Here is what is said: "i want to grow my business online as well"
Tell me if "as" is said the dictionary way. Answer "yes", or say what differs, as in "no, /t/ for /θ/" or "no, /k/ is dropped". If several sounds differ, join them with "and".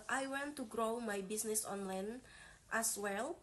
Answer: no, /s/ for /z/